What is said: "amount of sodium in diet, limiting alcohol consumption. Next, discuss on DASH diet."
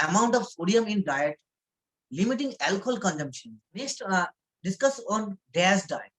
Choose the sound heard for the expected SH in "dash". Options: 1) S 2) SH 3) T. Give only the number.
1